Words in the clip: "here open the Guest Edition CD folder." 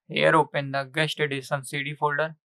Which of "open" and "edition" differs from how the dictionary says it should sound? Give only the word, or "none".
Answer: edition